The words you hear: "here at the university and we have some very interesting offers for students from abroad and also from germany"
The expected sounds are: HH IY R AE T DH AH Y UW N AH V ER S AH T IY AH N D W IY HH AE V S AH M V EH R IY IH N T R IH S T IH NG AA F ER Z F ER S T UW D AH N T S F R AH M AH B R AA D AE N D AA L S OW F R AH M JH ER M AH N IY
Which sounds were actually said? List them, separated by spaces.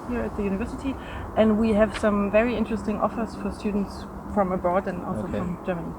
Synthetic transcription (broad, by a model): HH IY R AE T DH AH Y UW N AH V ER S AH T IY AH N D W IY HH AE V S AH M V EH R IY IH N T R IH S T IH NG AA F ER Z F ER S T UW D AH N T S F R AH M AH B AA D N AA L S OW F R AH M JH ER M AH N IY